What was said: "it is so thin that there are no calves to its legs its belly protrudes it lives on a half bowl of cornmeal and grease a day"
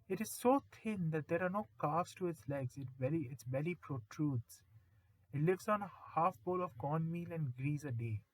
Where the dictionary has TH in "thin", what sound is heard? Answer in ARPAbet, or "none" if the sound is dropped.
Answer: T